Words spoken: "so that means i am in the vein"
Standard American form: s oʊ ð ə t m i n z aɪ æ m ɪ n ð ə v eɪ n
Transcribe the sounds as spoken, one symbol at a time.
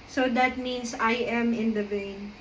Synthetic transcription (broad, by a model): s oʊ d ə t m i n s aɪ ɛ m ɪ n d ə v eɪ n